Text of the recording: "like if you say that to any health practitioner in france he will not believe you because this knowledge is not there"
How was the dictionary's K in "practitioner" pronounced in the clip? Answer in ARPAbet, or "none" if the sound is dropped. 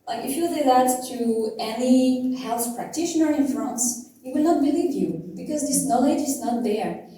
K